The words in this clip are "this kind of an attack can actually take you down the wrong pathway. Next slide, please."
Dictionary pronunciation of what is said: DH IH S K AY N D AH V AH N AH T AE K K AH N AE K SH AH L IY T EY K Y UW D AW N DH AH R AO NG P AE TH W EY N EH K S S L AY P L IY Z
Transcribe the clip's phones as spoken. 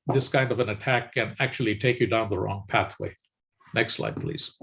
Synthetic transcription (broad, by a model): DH IH S K AY N D AH V AH N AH T AE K K AH N AE K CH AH L IY T EY K Y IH D AW N DH AH R AO NG P AE TH W EY N EH K S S L AY P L IY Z